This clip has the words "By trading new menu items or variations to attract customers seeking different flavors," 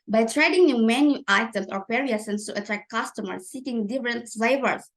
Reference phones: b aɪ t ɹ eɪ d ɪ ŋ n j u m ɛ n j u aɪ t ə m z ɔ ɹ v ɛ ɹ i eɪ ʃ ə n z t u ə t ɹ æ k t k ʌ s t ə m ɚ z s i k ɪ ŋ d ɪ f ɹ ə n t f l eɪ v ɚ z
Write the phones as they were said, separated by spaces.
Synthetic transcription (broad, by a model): b aɪ t ɹ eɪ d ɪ ŋ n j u m ɛ n j u aɪ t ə m s ɔ ɹ p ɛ ɹ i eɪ s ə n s t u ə t ɹ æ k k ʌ s t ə m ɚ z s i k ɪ ŋ d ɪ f ɹ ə n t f l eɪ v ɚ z